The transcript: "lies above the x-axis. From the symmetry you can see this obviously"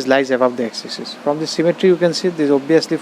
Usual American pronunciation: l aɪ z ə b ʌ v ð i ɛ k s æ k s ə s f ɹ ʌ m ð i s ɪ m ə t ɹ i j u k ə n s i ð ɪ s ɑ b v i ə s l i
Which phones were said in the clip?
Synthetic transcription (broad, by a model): l aɪ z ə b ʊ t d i ɛ k s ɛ s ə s f ɹ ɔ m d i s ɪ m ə t ɹ i j u k ə n s i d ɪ ɑ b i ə s l i